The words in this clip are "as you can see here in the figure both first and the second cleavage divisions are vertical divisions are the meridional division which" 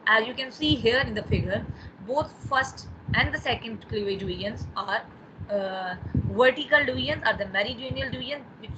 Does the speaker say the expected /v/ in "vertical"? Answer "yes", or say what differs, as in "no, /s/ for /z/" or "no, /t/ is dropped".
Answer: yes